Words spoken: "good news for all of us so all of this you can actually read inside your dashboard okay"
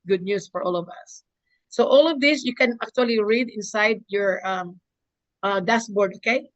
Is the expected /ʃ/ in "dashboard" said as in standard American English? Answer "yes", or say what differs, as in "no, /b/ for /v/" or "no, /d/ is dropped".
no, /s/ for /ʃ/